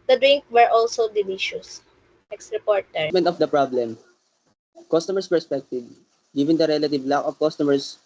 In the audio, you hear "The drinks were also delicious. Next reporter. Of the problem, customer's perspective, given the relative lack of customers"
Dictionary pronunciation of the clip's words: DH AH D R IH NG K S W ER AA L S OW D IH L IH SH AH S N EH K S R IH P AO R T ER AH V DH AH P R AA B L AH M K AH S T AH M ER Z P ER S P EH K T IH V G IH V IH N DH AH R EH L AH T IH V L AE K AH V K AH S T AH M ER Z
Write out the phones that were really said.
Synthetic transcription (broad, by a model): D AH D R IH NG K W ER AA L S OW D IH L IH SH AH S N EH K S R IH P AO R T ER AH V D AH P R AA B L AH M K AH S T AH M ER S P ER S P EH K T IH V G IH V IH N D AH R EH L AH T IH V L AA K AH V K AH S T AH M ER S